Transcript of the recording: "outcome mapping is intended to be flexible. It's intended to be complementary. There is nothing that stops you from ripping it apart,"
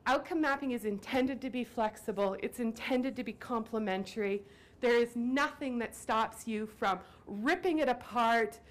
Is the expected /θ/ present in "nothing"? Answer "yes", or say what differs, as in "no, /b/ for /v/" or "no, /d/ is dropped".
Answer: yes